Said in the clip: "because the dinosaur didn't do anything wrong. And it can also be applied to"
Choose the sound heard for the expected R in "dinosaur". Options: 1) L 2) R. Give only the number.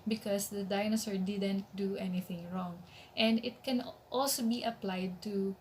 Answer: 2